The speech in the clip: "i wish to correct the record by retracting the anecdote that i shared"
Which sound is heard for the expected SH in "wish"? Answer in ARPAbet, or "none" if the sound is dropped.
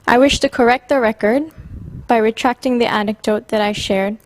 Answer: SH